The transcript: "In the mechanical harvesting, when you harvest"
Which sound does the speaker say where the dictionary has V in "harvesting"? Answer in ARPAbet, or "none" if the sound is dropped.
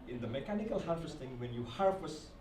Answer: F